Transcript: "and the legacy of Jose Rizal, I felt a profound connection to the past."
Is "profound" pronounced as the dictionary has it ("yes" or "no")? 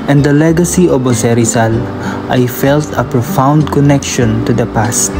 yes